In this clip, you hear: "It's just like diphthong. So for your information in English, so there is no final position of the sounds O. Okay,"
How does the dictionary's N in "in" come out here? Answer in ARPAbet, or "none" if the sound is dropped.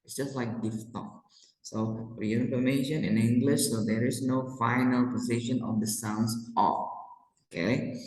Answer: N